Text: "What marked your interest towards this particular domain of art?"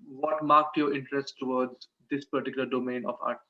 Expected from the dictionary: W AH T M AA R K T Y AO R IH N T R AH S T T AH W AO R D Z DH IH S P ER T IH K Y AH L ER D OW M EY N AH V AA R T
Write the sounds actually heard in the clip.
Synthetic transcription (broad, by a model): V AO T M AA R K T Y AO R IH N T R AH S T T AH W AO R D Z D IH S P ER T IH K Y L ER D OW M EY N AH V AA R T